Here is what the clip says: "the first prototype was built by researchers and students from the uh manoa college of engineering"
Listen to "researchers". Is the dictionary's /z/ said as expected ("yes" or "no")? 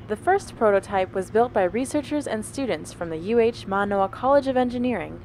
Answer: yes